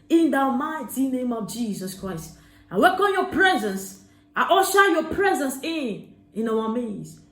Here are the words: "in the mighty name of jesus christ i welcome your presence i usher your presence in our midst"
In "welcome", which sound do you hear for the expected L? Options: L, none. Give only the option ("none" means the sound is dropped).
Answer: none